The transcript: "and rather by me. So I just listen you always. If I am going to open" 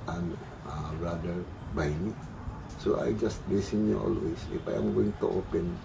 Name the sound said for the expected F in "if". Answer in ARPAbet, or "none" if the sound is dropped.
P